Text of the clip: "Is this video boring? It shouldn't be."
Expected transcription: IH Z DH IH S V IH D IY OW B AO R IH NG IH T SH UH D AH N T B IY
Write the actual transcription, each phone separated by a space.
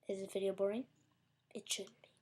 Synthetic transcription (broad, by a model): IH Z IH V IH D IY OW B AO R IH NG IH T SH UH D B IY